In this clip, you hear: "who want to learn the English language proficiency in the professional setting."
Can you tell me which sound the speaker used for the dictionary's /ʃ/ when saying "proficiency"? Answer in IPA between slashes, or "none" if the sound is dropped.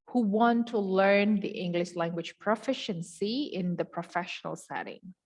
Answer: /ʃ/